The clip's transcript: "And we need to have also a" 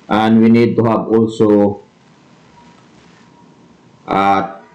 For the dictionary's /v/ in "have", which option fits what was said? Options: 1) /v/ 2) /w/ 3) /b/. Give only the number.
3